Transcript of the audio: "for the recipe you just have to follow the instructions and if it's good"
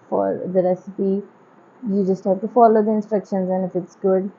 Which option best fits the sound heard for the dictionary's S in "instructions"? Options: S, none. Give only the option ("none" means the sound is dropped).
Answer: S